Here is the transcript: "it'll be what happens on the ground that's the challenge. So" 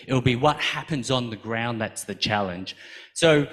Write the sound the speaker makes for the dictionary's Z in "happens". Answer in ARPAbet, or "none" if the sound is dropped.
Z